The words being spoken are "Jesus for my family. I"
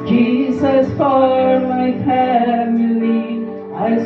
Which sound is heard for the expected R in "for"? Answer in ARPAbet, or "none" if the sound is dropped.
L